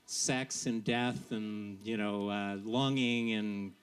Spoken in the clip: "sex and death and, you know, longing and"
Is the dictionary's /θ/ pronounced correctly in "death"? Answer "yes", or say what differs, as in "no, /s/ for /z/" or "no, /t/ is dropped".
yes